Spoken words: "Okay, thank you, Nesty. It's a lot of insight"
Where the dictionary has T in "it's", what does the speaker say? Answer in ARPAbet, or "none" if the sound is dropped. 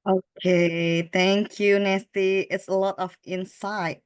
T